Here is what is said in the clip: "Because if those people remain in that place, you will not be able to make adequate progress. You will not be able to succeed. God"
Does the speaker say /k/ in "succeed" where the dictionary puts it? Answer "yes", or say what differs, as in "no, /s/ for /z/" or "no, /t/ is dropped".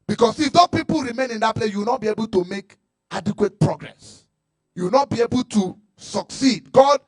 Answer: yes